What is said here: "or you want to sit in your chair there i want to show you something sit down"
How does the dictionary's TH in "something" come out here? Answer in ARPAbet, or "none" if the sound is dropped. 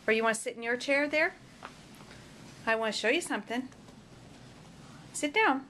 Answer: TH